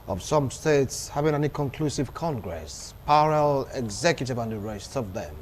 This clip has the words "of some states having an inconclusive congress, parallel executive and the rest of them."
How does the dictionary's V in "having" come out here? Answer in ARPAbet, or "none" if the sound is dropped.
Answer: V